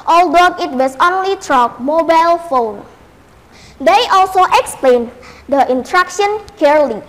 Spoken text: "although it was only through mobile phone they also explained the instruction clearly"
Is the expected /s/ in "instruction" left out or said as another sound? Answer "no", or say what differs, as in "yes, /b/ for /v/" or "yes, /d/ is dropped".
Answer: yes, /s/ is dropped